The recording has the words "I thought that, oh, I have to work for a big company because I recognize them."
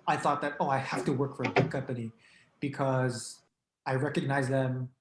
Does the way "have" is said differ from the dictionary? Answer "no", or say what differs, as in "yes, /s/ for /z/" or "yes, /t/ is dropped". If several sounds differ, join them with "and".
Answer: yes, /f/ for /v/